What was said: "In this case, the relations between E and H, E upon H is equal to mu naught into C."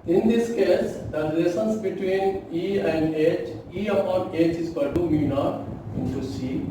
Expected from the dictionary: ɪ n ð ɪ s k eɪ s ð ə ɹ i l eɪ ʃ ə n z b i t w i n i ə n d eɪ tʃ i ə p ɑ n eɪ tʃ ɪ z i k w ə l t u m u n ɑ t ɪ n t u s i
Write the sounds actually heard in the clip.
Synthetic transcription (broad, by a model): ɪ n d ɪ s k eɪ s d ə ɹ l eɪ s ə n s b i t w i n i ə n d eɪ tʃ i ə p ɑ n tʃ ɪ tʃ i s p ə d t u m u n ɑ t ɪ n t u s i